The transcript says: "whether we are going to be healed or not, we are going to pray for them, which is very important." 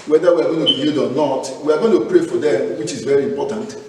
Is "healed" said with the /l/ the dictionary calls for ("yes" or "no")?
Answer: no